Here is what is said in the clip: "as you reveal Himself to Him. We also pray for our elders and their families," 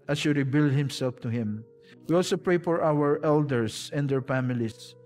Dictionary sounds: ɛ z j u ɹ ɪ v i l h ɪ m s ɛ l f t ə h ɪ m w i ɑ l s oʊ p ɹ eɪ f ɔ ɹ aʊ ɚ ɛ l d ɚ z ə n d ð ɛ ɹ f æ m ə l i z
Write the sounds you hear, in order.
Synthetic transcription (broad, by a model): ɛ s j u ɹ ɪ b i l h ɪ m s ɛ l f t ə h ɪ m w i ɑ l s oʊ p ɹ eɪ f ɔ ɹ aʊ ɚ ɛ l d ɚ s ə n d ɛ ɹ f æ m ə l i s